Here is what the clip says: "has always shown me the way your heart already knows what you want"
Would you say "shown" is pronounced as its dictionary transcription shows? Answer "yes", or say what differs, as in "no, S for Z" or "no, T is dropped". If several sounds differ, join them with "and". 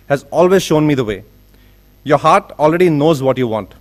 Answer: yes